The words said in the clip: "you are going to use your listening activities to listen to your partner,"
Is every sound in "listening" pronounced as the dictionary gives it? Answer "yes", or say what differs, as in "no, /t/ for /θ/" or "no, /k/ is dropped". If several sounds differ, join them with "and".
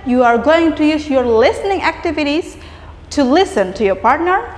yes